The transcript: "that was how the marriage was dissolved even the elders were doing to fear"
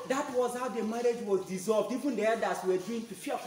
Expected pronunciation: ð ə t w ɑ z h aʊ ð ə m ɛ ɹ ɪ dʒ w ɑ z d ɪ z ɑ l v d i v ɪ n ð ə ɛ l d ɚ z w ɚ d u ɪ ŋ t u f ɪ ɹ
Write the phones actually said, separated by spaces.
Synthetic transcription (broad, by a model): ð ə t w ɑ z h aʊ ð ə m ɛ ɹ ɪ dʒ w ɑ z d ɪ z ɑ l v d i v ɪ n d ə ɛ d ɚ s w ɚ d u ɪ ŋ t u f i